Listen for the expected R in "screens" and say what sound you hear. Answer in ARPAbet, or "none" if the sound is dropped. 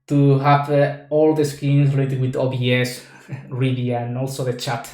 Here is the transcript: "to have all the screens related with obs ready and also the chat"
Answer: none